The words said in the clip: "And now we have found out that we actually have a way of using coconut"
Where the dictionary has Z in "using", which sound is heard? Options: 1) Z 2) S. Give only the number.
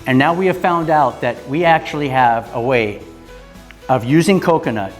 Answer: 1